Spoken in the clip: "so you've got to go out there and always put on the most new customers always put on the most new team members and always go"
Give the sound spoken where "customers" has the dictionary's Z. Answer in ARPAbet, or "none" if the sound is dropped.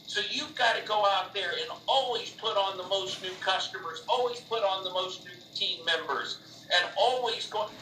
Z